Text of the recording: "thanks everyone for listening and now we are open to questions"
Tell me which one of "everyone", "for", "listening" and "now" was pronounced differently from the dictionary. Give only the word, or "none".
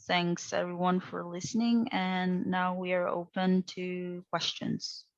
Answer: none